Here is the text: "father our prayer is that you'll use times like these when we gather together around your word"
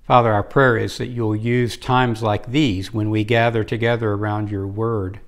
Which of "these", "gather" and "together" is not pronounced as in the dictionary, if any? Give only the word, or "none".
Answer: none